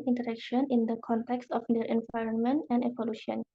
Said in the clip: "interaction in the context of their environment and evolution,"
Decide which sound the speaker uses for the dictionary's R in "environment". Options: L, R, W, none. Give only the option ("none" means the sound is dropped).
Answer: R